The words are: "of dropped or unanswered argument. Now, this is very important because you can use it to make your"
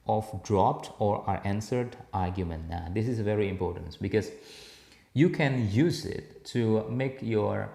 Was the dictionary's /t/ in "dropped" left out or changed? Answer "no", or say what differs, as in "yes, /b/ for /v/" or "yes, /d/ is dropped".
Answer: no